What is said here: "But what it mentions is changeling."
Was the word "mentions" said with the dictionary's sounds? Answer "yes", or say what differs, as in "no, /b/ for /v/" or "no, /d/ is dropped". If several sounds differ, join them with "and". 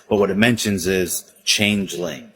yes